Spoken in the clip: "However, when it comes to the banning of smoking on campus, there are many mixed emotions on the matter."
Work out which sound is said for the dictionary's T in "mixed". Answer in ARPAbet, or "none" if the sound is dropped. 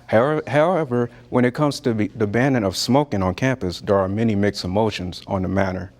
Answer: none